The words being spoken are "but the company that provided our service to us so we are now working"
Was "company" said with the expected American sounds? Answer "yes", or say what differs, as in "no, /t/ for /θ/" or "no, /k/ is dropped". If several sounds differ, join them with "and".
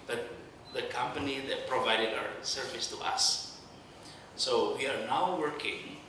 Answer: yes